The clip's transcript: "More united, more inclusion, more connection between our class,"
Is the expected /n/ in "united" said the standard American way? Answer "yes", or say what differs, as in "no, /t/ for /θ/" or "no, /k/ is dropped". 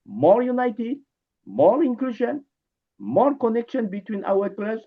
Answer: yes